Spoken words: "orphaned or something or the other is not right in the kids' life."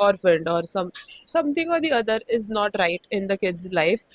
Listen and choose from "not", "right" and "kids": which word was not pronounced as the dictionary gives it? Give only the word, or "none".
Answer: none